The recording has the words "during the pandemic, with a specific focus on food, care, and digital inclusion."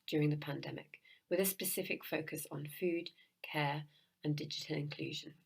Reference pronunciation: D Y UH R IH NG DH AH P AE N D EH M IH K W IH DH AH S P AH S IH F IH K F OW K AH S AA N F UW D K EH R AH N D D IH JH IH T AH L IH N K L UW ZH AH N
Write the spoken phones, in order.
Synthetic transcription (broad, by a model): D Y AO R IH NG DH AH P AE N D EH M IH K W IH DH AH S P AH S IH F IH K F OW K AH S N F UW D K EH R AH N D D IH JH IH T AH L IH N K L UW ZH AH N